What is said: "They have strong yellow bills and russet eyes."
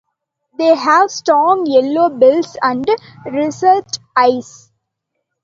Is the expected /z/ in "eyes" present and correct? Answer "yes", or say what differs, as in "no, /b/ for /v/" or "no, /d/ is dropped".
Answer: no, /s/ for /z/